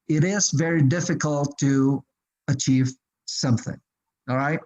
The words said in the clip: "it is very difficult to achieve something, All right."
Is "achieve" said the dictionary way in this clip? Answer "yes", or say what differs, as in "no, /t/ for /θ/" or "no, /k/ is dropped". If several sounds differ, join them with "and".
yes